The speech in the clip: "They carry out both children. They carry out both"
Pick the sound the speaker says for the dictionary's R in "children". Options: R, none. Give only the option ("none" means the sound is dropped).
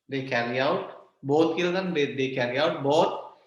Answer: none